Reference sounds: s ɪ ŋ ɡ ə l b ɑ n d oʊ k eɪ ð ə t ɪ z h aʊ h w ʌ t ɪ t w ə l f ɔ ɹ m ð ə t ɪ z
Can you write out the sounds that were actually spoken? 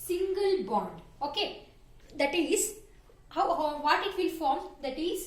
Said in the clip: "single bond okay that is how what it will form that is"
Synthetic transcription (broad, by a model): s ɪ ŋ ɡ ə l b ɑ n d oʊ k eɪ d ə t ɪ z h aʊ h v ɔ t ɪ t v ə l f ɔ ɹ m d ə t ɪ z